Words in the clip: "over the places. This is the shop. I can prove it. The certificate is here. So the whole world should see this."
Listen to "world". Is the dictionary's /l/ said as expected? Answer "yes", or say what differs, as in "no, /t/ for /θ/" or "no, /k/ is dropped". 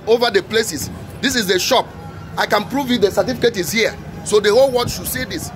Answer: no, /l/ is dropped